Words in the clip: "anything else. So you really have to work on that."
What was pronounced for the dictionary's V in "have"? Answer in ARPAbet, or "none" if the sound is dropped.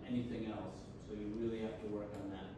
F